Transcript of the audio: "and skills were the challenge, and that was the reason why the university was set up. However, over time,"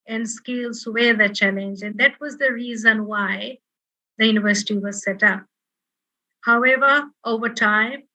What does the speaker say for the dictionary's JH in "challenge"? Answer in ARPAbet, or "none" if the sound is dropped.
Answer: JH